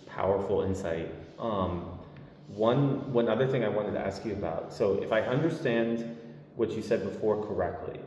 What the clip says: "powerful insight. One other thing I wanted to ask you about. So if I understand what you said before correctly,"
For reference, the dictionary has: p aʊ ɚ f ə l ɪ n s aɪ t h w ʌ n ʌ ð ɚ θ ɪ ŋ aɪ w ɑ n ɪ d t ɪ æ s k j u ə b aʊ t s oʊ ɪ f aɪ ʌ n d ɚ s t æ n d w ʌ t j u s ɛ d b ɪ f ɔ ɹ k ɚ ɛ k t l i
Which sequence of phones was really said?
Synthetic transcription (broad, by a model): p aʊ ɚ f l ɪ n s aɪ t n w ʌ n ʌ ð ɚ θ ɪ ŋ aɪ w ɑ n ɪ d t ɪ æ s k j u ə b aʊ t s oʊ ɪ f aɪ ʌ n d ɚ s t æ n d w ʌ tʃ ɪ s ɛ d b ɪ f ɔ ɹ k ɚ ɛ k t l i